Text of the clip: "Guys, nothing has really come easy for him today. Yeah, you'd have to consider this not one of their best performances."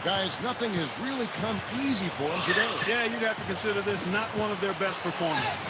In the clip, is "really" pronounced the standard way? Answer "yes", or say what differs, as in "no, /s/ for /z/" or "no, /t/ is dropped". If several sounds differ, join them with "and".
yes